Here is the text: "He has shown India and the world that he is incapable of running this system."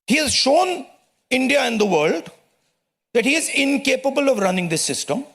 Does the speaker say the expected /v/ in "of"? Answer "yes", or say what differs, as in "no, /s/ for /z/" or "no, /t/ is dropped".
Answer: yes